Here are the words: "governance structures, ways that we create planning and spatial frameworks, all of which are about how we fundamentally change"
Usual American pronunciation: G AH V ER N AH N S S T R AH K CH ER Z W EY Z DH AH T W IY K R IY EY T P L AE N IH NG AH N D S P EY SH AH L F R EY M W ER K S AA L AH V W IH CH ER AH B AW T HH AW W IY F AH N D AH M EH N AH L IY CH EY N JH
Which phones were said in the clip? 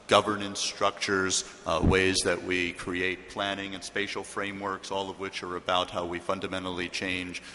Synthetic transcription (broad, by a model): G AH V ER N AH N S S T R AH K CH ER Z W EY Z DH AH T W IY K R IY EY T P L AE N IH NG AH N S P EY SH L F R EY M W ER K S AA L AH V W IH CH ER AH B AW T HH AW W IY F AH N D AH M EH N L IY CH EY N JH